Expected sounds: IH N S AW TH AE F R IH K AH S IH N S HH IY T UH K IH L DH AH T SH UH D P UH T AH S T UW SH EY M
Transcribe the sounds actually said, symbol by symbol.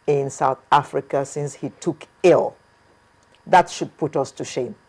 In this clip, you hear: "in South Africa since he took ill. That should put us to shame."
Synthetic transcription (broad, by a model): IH N S AW TH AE F R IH K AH S IH N S HH IY T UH K IH L DH AH T SH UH D P UH T AH S T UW SH EY M